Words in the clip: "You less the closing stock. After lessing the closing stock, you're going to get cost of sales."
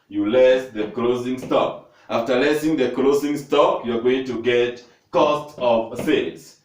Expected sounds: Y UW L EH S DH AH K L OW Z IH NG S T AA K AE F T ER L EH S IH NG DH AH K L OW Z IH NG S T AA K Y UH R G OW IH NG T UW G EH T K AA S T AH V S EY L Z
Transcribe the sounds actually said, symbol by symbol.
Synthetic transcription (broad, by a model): Y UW L EH S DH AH K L OW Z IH NG S T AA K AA F T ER L EH S IH NG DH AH K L OW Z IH NG S T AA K Y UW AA G OW IH NG T UW G EH T K AA S T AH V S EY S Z